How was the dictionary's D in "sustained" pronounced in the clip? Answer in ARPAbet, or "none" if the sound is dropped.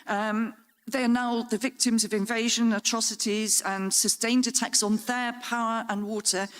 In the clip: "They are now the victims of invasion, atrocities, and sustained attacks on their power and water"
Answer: D